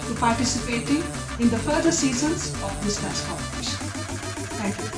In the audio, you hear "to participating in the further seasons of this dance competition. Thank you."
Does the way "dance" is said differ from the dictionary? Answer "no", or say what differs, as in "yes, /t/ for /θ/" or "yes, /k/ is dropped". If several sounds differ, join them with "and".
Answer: yes, /n/ is dropped